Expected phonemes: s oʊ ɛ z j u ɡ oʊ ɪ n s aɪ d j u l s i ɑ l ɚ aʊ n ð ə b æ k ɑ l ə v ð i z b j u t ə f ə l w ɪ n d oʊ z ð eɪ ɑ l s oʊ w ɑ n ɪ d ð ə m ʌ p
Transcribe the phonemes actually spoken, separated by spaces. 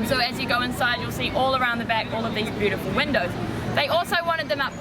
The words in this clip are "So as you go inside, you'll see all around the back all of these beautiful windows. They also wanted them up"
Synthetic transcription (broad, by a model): s oʊ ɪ z j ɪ ɡ oʊ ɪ n s aɪ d j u l s i ɑ l ɚ aʊ n ð ə b æ k ɑ l ə v ð i z b j u t ə f ə l w ɪ n d oʊ z ð eɪ ɑ l s oʊ w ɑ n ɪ d ð ə m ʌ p